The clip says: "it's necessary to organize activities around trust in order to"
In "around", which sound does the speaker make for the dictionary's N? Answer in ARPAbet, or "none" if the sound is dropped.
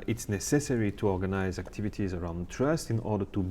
N